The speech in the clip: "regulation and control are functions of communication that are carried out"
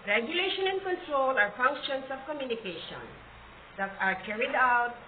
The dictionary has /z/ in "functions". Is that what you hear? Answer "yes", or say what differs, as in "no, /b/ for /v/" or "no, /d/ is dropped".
no, /s/ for /z/